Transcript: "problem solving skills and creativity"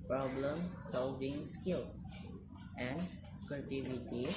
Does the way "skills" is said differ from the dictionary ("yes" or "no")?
yes